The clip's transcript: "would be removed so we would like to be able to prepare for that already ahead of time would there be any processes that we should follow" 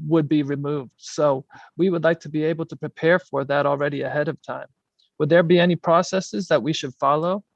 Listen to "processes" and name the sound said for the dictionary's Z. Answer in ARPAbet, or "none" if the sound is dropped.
Z